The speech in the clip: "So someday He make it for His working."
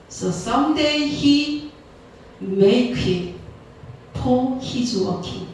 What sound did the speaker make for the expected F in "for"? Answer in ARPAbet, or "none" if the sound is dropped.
P